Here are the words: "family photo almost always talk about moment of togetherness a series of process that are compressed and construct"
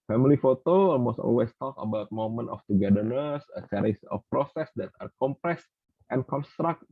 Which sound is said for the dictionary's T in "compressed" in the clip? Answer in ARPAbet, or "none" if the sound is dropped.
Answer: T